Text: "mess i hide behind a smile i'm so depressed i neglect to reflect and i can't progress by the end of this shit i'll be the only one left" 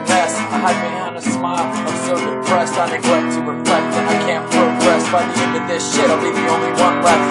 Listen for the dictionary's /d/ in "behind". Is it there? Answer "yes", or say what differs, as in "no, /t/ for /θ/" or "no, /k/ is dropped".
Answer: no, /d/ is dropped